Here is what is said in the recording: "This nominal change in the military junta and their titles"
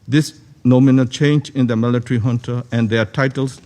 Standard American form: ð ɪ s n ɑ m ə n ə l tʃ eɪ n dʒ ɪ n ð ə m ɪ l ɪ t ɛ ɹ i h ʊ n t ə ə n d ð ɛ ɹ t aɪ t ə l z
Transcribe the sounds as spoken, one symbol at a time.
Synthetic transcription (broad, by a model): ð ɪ s n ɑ m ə n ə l tʃ eɪ n dʒ ɪ n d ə m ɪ l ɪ t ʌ ɹ i h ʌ n t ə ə n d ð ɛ t aɪ t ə l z